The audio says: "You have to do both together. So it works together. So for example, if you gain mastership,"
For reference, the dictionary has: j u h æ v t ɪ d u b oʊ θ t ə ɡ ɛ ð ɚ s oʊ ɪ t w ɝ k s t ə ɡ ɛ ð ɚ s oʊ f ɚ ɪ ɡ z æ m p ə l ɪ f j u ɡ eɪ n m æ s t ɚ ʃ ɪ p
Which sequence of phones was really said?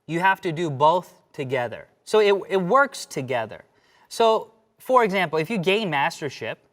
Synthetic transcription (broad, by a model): j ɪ h æ f t ɪ d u b oʊ θ t ə ɡ ɛ ð ɚ s oʊ ɪ t w ɝ k s t ə ɡ ɛ ð ɚ s oʊ f ɚ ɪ ɡ z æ m p l ɪ f j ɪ ɡ eɪ n m æ s t ɚ ʃ ɪ p